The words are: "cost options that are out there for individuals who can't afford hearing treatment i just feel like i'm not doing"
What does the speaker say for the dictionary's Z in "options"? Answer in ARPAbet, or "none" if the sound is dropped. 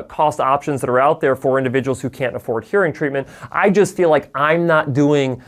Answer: Z